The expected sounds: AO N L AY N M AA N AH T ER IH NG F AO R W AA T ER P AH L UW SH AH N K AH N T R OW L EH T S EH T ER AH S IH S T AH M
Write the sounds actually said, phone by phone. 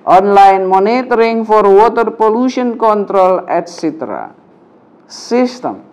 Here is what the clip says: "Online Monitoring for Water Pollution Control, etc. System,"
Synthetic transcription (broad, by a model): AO N L AY N M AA N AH T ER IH NG F AO R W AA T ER P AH L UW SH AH N K AH N T R OW L EH T S EH T ER AH S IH S T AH M